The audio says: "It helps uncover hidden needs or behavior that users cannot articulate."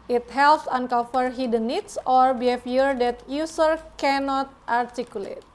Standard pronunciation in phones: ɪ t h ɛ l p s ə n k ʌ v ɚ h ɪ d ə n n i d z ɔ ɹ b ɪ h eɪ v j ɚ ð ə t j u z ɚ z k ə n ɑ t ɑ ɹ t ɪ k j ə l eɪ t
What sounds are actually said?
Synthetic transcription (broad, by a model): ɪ t h ɛ l p s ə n k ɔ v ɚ h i d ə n n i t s ɔ ɹ b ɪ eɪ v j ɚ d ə t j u s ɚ k ə n ɑ t ɑ ɹ t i k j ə l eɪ t